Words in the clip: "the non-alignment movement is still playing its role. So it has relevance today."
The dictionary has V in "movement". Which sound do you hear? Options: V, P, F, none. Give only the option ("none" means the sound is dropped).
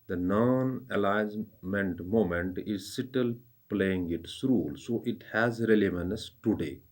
none